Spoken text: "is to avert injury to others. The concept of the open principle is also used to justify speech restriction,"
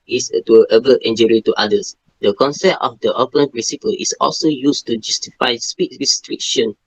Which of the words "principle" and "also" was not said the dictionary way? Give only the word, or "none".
principle